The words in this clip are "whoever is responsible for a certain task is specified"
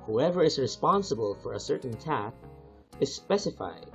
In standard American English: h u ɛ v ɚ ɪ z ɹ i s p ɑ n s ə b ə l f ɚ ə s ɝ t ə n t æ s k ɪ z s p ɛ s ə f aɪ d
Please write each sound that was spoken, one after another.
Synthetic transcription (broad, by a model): h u ɛ v ɚ ɪ z ɹ i s p ɑ n s ə b ə l f ɚ ə s ɝ t n t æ k ɪ z s p ɛ s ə f aɪ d